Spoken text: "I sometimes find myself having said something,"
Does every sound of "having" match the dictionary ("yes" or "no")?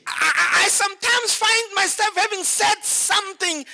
yes